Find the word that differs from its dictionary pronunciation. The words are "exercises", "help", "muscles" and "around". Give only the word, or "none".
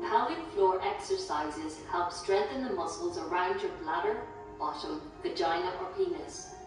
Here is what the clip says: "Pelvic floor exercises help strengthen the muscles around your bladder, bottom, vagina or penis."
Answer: none